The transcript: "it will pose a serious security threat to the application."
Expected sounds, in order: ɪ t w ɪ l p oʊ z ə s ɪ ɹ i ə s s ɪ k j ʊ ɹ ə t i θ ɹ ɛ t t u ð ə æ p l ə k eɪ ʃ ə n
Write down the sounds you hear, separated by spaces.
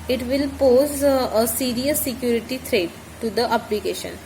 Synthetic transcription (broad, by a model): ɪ t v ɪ l p oʊ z ə s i ɹ i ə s s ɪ k j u ɹ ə t i t ɹ ɛ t t u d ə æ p l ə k eɪ ʃ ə n